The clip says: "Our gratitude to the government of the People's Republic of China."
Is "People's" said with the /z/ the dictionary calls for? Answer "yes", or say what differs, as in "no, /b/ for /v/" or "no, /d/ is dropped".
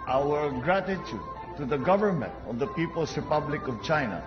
no, /s/ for /z/